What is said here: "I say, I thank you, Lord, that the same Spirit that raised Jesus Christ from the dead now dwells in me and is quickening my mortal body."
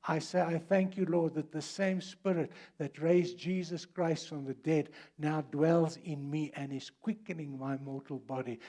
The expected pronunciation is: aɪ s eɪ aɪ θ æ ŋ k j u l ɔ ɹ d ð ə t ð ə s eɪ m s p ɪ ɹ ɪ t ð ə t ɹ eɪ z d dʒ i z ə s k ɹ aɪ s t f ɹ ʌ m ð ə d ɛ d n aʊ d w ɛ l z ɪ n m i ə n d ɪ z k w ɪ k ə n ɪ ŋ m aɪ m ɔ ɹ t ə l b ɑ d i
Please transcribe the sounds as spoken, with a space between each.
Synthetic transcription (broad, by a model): aɪ s eɪ aɪ θ æ ŋ k j u l ɔ ɹ d ð ə t ð ə s eɪ m s p ɪ ɹ ɪ t ð ə t ɹ eɪ z dʒ i z ə s k ɹ aɪ s t f ɹ ʌ m ð ə d ɛ d n aʊ d w ɛ l z ɪ n m i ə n ɪ z k w ɪ k ə n ɪ ŋ m aɪ m ɔ ɹ t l b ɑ d i